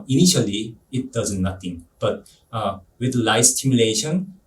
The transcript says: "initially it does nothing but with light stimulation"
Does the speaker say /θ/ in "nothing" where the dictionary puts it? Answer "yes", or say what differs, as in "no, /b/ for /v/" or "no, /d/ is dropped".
no, /t/ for /θ/